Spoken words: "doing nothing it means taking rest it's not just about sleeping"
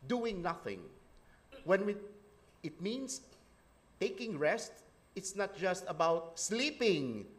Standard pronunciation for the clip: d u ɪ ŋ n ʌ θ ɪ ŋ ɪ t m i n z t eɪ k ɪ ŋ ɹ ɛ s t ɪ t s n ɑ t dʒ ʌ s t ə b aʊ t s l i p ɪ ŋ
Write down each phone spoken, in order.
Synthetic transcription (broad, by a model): d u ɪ ŋ n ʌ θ ɪ ŋ ɪ t m i n s t eɪ k ɪ ŋ ɹ ɛ s t ɪ t s n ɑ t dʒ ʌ s t ə b aʊ t s l i p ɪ ŋ